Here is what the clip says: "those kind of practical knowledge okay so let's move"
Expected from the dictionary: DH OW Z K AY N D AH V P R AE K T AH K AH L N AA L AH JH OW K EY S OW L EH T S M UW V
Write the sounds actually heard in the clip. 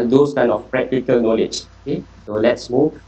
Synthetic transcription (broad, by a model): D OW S K AY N AH F P R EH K T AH K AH L N AA L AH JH OW K EY S OW L EH T S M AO